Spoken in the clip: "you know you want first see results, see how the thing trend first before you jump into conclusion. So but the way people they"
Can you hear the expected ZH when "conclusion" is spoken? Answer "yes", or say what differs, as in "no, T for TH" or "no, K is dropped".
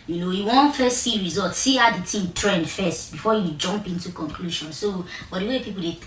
no, SH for ZH